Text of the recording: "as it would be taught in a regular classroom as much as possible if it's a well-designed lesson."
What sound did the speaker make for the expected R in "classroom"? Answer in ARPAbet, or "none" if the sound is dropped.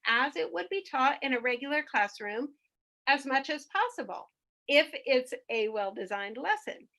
R